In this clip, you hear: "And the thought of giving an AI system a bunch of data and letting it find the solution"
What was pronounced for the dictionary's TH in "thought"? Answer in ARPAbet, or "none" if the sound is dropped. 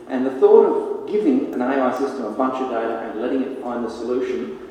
TH